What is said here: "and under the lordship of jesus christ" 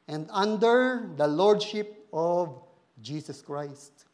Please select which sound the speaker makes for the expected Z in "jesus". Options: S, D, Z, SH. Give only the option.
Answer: S